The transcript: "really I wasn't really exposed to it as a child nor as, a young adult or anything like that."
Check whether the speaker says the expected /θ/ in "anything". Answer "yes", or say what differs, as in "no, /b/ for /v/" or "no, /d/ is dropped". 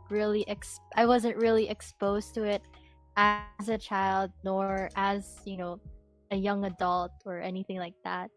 yes